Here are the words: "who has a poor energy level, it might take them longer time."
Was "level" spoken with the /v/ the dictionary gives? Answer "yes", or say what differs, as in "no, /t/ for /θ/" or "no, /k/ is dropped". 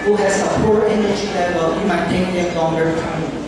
no, /w/ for /v/